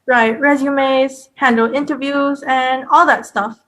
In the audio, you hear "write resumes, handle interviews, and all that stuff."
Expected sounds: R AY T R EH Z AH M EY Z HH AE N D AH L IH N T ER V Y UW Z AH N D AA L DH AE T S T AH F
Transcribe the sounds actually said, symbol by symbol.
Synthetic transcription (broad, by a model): R AY T R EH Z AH M EY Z HH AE N D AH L IH N T ER V Y UW Z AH N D AA L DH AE T S T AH F